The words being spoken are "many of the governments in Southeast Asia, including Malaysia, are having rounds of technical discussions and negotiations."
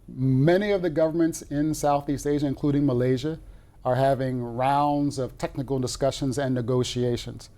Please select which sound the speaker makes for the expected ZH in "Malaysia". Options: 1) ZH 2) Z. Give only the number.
1